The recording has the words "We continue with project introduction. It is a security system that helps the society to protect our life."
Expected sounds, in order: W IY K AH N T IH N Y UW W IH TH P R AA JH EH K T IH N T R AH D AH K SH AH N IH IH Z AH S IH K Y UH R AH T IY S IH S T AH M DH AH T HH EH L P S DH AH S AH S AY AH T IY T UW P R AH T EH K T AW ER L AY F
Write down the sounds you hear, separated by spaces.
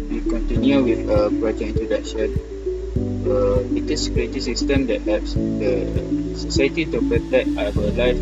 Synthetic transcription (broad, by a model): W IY K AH N T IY N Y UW W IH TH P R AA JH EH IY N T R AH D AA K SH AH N IH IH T AH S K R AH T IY S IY S T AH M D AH T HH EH P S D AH S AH S AY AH T IY T UW P R AH T EH K T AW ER L AY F